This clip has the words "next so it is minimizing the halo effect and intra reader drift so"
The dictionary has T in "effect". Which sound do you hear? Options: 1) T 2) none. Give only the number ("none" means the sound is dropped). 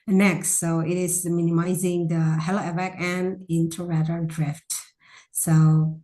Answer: 2